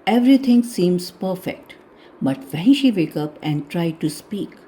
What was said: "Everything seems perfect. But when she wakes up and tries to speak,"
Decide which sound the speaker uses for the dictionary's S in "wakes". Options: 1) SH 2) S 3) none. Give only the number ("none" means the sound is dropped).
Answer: 3